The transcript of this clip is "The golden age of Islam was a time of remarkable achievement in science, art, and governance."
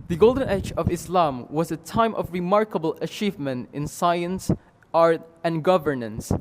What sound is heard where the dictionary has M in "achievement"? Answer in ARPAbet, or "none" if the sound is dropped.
M